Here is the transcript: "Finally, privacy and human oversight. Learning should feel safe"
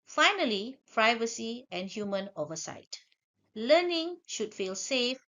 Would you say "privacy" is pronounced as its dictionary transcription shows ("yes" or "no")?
yes